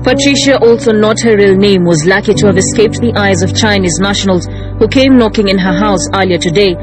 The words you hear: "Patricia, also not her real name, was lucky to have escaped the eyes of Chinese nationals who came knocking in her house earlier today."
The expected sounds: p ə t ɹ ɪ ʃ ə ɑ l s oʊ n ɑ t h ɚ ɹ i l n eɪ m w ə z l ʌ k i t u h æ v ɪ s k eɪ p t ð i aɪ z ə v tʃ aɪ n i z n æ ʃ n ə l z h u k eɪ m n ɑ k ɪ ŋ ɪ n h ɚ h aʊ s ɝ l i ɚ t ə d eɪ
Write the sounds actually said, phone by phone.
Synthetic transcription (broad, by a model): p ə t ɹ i ʃ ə ɑ l s oʊ n ɑ t h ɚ ɹ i l n eɪ m w ə z l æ k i t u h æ v ɪ s k eɪ p t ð i aɪ z ə v tʃ aɪ n i z n æ ʃ n ə l z h u k eɪ m n ɑ k ɪ ŋ ɪ n h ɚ h aʊ s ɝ l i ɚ t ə d eɪ